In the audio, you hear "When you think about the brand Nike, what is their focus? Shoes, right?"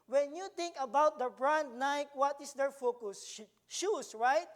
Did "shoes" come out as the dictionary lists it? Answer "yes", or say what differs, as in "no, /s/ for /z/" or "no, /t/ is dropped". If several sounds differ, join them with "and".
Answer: no, /s/ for /z/